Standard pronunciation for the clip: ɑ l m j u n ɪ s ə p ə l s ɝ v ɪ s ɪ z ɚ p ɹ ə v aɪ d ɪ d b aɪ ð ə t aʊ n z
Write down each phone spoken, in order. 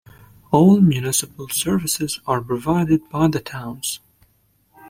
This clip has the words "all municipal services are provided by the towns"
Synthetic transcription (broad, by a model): ɑ l m j u n ɪ s ə p ə l s ɝ v ɪ s ɪ z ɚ p ɹ ə v aɪ d ɪ d b aɪ ð ə t aʊ n z